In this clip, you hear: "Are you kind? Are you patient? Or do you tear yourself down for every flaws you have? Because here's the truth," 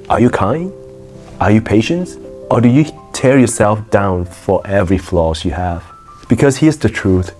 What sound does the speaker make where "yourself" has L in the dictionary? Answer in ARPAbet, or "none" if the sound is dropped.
L